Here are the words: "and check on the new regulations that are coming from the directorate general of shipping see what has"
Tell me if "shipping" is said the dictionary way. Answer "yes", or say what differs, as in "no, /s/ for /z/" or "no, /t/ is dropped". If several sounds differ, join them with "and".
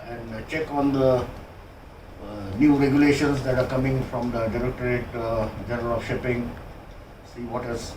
yes